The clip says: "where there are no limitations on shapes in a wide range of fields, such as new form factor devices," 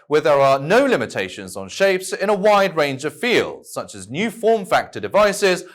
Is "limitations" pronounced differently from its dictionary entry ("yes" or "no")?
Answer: no